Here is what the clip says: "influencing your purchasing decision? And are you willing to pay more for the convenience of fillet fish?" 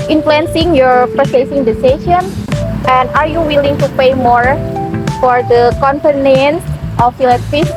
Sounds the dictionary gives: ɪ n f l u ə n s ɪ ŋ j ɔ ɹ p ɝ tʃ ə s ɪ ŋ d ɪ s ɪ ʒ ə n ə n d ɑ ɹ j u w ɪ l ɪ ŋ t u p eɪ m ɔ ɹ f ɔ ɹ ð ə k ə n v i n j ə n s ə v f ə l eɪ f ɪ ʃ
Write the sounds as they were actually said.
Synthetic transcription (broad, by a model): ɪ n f l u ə n s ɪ ŋ j ɔ ɹ p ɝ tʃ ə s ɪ ŋ d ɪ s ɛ s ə n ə n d ɑ ɹ j u w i l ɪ ŋ t u p eɪ m ɔ ɹ f ɔ ɹ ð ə k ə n p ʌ n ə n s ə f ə l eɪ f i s